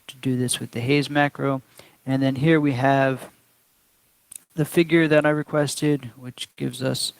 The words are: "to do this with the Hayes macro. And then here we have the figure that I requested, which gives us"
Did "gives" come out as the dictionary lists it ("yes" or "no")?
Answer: yes